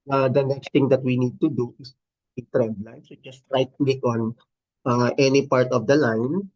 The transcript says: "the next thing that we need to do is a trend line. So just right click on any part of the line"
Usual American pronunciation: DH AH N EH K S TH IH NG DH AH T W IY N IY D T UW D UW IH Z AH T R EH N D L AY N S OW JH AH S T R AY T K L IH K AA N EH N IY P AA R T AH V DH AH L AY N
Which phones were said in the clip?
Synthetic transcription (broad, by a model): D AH N EH K S T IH NG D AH T W IY N IY D T UW D UW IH S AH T R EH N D L AY N S OW JH AH S T R AY T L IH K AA N EH N IY P AA R T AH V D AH L AY N